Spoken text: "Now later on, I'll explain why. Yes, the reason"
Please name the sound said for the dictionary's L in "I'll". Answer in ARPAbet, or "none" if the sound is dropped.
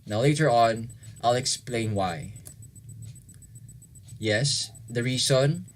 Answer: L